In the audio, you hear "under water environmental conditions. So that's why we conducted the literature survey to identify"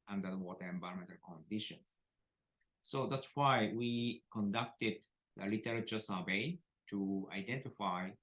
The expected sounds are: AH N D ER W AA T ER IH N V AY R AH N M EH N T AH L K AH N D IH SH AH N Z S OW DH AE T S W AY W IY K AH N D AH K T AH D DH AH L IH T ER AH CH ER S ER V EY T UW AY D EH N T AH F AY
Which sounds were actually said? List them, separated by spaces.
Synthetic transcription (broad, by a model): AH N D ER W AA T ER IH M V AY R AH M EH N T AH L K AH N D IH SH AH N S OW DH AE T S W AY W IY K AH N D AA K T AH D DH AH L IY T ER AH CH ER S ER B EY T UW AY D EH N T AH F AY